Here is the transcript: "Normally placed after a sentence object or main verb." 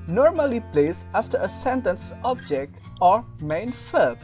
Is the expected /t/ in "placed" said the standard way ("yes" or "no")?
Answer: no